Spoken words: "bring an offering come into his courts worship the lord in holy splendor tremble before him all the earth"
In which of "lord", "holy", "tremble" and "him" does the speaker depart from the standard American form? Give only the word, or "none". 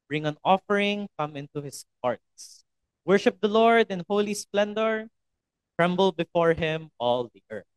none